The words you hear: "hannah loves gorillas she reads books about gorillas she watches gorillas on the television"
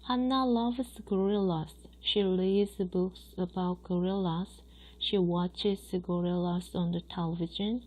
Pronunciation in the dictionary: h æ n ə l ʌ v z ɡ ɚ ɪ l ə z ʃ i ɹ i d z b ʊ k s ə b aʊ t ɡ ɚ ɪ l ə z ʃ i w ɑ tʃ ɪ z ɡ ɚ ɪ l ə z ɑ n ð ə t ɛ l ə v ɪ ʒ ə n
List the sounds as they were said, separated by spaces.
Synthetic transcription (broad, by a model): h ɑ n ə l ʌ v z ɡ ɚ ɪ l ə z ʃ i l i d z b ʊ k s ə b aʊ t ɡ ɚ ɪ l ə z ʃ i w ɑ tʃ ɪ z ɡ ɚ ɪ l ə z ɑ n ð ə t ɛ l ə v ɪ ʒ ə n